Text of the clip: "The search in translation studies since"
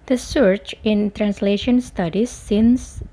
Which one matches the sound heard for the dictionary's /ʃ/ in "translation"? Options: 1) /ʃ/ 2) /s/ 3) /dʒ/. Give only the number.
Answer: 1